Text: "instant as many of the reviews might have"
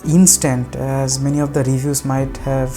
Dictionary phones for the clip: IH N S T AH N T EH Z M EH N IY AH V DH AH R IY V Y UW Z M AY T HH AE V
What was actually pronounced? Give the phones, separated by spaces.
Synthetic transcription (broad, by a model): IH N S T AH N T EH Z M EH N IY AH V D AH R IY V Y UW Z M AY T HH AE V